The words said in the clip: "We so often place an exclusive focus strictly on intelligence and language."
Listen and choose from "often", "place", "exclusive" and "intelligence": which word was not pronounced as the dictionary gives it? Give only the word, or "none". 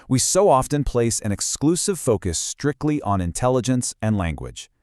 none